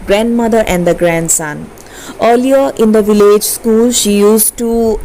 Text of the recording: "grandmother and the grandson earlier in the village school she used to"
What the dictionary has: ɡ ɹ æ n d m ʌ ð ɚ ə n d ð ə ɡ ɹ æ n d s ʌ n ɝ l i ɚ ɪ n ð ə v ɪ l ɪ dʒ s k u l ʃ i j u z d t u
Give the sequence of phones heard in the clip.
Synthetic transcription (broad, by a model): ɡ ɹ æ n d m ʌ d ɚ ə n d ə ɡ ɹ æ n d s ʌ n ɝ l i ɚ ɪ n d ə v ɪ l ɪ dʒ s k u l ʃ i j u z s t u